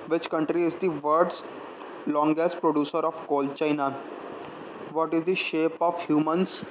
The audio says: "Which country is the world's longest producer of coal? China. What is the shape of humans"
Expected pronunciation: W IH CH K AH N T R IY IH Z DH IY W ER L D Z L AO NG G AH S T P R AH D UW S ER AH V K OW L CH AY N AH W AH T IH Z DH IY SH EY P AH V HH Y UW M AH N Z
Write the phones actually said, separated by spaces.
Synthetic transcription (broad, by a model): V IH CH K AH N T R IY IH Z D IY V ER D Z L AO NG G AH S T P R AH D UW S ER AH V K OW L CH AY N AH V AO T IH Z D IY SH EY P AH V HH Y UW M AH N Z